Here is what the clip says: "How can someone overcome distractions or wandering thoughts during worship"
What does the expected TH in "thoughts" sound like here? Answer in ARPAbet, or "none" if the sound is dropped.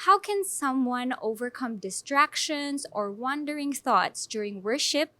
TH